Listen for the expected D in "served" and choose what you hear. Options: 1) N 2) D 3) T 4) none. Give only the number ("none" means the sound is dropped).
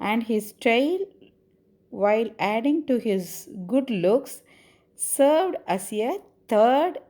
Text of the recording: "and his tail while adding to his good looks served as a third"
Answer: 2